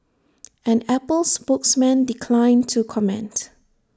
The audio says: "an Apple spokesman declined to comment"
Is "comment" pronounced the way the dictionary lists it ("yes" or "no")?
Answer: yes